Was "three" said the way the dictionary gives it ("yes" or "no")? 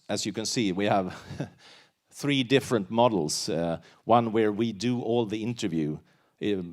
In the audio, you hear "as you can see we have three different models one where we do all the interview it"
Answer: yes